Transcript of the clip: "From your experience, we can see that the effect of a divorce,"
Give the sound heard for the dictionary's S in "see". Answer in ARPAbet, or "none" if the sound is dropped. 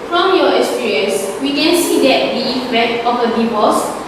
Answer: S